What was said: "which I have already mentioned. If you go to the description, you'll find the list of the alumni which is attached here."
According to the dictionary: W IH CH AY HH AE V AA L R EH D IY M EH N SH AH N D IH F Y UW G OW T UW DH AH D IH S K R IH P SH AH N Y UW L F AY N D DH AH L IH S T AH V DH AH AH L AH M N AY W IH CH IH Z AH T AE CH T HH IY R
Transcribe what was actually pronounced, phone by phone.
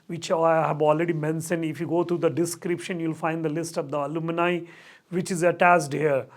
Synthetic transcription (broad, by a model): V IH CH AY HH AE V AA L R EH D IY M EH N S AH N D IH F Y UW G OW T UW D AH D IH S K R IH P SH AH N Y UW L F AY N D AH L IH S T AH V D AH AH L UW M N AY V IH CH IH Z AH T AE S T HH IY R